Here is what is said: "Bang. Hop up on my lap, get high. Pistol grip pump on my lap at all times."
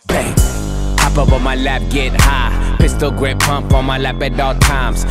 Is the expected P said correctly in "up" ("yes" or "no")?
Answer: no